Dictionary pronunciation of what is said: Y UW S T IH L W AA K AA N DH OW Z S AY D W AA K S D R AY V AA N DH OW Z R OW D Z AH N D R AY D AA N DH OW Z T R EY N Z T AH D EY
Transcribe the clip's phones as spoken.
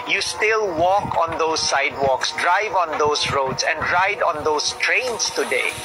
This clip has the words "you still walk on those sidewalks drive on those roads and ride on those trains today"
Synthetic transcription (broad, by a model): Y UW S T IH L W AA K AA N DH OW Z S AY D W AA K S D R AY V AA N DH OW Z R OW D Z AH N D R AY D AA N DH OW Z T R EY N S T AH D EY